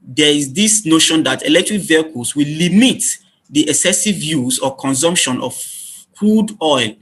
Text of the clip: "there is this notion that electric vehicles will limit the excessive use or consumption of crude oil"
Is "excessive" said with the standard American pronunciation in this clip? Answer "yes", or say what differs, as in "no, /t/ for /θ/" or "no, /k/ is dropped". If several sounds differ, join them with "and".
yes